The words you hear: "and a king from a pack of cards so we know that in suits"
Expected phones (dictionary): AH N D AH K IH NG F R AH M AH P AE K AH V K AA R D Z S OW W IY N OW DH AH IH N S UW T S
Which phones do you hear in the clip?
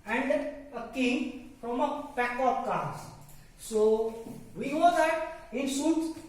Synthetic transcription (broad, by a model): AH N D AH K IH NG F R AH M AH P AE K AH P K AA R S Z S OW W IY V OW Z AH IH N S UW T